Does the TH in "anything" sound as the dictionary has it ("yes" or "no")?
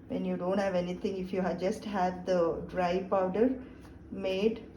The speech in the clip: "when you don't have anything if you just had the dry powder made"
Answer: no